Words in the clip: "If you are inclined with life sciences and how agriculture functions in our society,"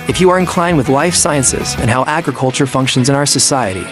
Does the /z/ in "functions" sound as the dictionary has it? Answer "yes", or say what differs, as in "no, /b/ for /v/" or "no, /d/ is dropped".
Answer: yes